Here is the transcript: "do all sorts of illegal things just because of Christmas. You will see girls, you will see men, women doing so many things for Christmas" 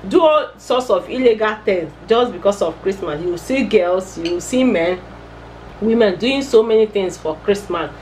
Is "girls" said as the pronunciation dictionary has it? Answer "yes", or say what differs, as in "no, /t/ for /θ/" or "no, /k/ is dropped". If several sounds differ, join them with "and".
no, /s/ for /z/